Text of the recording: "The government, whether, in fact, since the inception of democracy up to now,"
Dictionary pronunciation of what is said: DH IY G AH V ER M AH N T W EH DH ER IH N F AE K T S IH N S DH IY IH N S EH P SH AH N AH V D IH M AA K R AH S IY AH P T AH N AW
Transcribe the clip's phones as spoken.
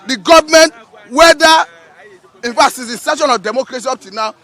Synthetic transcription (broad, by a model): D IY G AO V M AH N T W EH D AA IH N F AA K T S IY S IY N S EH SH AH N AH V D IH M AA K R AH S IY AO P T AH N AW